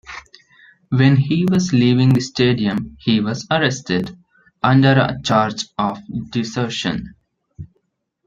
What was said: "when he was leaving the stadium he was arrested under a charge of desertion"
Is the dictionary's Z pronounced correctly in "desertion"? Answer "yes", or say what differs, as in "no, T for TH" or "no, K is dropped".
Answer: no, S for Z